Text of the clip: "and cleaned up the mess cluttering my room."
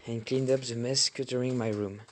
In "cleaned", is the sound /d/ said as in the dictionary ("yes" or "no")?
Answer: yes